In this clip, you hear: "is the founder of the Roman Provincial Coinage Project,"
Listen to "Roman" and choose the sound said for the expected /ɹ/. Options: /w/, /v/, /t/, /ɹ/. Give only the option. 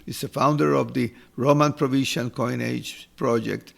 /ɹ/